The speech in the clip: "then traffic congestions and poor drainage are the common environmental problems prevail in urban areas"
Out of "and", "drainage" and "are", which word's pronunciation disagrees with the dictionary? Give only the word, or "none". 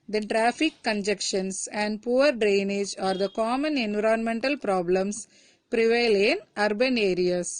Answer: none